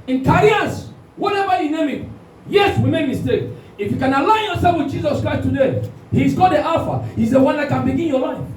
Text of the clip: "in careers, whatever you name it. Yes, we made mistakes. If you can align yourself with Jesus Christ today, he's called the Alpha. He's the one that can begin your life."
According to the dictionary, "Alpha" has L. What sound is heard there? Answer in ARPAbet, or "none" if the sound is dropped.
none